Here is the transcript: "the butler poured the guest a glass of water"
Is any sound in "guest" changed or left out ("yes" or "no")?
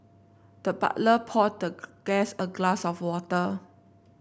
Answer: yes